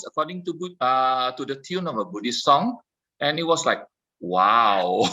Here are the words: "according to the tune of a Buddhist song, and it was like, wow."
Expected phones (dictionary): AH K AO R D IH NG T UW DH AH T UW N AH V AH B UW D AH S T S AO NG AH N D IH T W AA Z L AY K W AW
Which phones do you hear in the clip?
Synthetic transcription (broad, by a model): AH K AO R D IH NG T UW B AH T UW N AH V AH B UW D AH S S AO NG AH N IH T W AA S L AY K W AW